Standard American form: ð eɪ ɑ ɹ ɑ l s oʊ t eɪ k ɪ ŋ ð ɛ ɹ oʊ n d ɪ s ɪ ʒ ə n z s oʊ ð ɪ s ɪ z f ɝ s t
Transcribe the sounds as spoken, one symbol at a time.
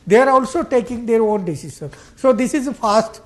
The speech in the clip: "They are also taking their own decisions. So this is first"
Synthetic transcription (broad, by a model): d eɪ ɑ ɹ ɑ l s oʊ t eɪ k ɪ ŋ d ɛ ɹ oʊ n d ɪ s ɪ ʃ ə n s oʊ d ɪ s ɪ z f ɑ s t